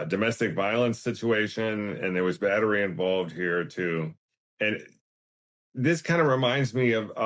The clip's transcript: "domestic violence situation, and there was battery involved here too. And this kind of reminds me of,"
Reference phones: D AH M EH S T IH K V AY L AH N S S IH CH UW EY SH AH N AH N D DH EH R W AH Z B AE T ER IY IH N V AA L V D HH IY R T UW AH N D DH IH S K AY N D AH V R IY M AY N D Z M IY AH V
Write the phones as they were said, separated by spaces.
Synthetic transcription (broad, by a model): D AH M EH S T IH K V AY L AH N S S IH CH UW EY SH AH N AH N DH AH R W AH Z B AE T ER IY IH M V AA L V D HH IY R T UW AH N DH IH S K AY N D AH R IY M AY N D Z M IY AH V